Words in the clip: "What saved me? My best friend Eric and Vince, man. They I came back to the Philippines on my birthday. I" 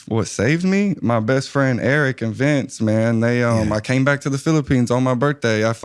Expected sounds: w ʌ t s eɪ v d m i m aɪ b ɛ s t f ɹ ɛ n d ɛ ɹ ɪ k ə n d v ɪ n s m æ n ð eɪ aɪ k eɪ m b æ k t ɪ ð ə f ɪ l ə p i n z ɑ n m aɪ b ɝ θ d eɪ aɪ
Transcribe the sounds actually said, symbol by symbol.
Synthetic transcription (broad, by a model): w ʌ t s eɪ v d m i m aɪ b ɛ s t f ɹ ɛ n d ɛ ɹ ɪ k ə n v ɪ n s m æ n ð eɪ aɪ k eɪ m b æ k t ɪ ð ə f ɪ l ə p i n z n m aɪ b ɝ θ d eɪ aɪ